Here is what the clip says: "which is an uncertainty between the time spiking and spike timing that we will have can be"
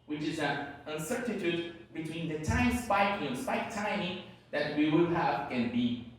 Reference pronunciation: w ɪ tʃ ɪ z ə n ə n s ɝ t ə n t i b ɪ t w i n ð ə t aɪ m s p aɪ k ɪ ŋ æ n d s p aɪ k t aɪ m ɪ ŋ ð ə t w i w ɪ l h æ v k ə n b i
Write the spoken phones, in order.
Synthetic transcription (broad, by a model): w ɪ tʃ ɪ z ə n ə n s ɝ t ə t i b ɪ t w i n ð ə t aɪ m s p aɪ k ɪ ŋ s p aɪ k t aɪ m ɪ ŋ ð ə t w i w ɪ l h æ v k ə n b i